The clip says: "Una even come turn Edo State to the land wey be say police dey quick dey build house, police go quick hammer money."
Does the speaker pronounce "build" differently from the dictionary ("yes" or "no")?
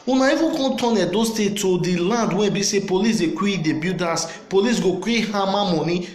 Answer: yes